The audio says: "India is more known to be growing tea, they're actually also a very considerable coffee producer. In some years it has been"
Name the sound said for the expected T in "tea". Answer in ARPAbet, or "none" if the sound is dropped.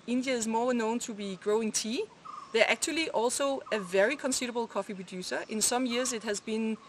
T